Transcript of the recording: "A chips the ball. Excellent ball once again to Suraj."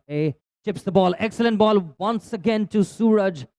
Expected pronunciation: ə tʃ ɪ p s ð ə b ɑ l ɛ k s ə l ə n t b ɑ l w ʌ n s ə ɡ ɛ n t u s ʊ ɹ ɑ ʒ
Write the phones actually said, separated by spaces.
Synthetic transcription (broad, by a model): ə tʃ ɪ p s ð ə b ɑ l ɛ k s ə l ə n t b ɑ l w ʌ n s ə ɡ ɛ n t u s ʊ ɹ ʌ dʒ